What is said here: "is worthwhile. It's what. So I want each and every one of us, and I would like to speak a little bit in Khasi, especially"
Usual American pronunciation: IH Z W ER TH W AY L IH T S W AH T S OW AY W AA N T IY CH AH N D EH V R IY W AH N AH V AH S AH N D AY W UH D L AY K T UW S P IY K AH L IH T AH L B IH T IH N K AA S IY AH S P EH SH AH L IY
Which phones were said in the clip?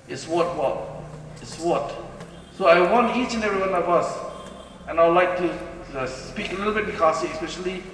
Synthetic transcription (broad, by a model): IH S W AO T W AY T IH T S W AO T S OW AY W AA N T IY CH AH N EH V R IY W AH N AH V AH S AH N AY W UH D L AY K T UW S P IY K AH L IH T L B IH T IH K AA S IY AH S P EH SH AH L IY